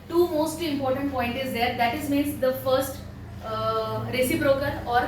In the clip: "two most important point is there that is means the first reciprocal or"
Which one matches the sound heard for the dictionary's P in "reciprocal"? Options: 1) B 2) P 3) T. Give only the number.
1